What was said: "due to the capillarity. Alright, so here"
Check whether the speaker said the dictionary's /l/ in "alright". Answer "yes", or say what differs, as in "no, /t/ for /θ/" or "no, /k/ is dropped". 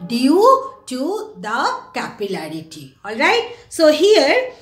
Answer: yes